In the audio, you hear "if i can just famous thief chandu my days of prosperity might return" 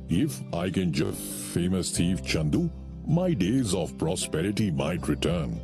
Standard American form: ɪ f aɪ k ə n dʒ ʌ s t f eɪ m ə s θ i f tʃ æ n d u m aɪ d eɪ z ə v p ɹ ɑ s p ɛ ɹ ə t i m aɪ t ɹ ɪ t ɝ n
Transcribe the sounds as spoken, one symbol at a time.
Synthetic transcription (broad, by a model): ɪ f aɪ k ə n dʒ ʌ f eɪ m ə s t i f tʃ æ n d u m aɪ d eɪ z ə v p ɹ ɑ s p ɛ ɹ ə t i m aɪ t ɹ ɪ t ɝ n